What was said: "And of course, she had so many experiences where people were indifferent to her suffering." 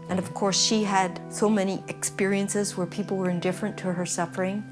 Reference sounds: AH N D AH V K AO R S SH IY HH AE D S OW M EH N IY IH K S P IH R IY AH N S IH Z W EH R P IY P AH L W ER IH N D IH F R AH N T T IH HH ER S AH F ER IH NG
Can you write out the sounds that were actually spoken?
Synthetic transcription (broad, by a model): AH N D AH V K AO R S SH IY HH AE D S OW M EH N IY IH K S P IH R IY AH N S IH Z W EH R P IY P L W ER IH N D IH F R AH N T T IH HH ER S AH F ER IH NG